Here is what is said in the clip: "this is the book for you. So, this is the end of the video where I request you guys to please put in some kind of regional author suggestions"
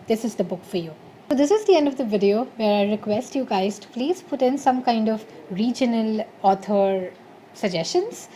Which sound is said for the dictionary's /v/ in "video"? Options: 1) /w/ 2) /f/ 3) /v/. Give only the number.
3